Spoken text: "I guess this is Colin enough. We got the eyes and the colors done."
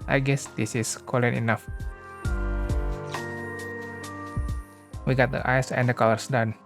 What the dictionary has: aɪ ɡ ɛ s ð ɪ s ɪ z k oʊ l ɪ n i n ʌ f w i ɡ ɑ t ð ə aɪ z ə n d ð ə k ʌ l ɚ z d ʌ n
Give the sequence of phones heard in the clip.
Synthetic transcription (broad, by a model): aɪ ɡ ɛ s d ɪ s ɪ s k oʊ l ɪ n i n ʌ f w i ɡ ɑ t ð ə aɪ s ə n d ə k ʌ l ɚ s d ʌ n